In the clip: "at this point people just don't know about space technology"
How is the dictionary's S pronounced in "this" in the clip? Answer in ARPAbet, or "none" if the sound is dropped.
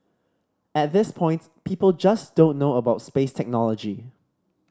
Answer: S